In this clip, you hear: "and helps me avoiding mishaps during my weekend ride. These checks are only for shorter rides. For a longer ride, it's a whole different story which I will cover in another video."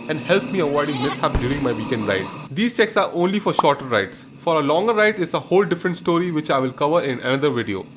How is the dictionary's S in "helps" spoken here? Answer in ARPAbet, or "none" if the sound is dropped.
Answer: none